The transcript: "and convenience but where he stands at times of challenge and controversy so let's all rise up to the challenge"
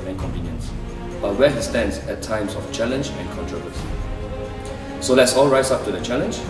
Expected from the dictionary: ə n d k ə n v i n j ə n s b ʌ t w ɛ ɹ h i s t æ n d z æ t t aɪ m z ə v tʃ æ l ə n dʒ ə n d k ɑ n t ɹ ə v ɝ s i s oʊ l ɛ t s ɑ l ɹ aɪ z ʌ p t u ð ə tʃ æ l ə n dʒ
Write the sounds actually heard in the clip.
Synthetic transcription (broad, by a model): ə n k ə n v i n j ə n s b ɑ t w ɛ h i s t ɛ n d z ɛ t t aɪ m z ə f tʃ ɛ l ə n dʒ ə n k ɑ n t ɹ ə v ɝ s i s oʊ l ɛ t s ɑ l ɹ aɪ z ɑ p t u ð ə tʃ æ l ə n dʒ